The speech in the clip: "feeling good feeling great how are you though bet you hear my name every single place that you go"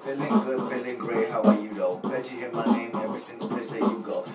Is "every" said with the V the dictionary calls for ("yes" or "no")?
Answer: yes